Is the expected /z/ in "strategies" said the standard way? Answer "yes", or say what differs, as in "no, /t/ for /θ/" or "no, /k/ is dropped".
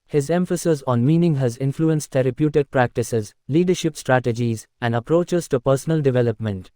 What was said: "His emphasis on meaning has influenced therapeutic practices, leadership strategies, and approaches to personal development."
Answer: yes